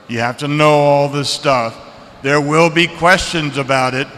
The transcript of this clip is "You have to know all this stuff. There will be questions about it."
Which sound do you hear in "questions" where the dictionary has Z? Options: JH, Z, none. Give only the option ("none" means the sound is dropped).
Z